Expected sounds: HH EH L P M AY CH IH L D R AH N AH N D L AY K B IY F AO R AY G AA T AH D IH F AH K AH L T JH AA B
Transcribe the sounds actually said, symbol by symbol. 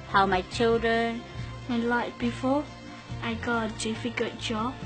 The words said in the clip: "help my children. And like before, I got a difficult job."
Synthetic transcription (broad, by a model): HH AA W M AY CH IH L D R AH N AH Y L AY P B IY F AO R AY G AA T AH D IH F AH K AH T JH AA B